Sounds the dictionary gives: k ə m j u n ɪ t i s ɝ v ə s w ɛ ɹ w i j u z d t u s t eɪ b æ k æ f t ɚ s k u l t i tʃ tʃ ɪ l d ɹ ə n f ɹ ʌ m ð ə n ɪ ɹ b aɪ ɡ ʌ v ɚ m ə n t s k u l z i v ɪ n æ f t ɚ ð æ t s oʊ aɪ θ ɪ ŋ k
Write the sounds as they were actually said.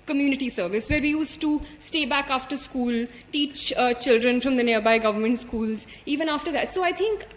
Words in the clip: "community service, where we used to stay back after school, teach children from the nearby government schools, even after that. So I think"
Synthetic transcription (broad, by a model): k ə m j u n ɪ t i s ɝ v ə s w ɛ ɹ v i j u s t u s t eɪ b æ k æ f t ɚ s k u l t i tʃ tʃ ɪ l d ɹ ə n f ɹ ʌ m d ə n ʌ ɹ b aɪ ɡ ʌ v ɚ m ə n t s k u l z i v ɪ n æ f t ɚ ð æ t s oʊ aɪ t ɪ ŋ k